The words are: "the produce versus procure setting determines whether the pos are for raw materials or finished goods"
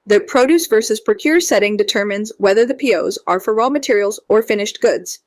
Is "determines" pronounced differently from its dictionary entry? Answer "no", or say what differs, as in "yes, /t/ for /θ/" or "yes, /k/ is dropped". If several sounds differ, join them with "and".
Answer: no